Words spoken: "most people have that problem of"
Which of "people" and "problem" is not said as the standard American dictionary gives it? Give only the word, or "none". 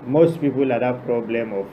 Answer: none